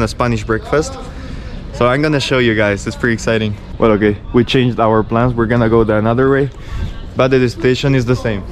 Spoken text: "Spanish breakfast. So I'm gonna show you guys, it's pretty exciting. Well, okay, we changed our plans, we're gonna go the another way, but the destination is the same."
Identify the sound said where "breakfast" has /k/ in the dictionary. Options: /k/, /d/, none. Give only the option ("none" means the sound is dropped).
/k/